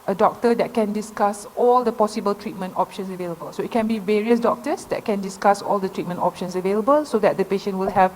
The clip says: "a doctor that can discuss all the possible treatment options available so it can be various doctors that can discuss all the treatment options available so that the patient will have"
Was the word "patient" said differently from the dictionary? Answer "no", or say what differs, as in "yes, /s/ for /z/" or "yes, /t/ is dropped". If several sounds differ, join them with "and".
no